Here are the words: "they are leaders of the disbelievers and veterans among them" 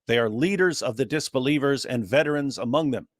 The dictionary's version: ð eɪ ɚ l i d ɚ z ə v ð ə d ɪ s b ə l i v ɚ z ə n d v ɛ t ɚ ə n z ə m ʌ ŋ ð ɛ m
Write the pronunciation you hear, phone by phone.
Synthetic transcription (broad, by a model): ð eɪ ɚ l i d ɚ z ə v ð ə d ɪ s b ə l i v ɚ z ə n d v ɛ t ɚ ə n z ə m ʌ ŋ ð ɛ m